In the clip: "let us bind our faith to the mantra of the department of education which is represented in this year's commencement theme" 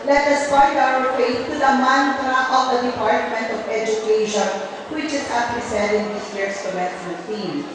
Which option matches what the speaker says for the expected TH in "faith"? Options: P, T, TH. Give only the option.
T